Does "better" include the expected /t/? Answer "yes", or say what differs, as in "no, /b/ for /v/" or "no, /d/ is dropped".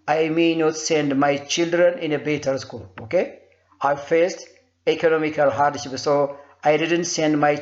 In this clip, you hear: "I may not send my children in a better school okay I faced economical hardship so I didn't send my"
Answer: yes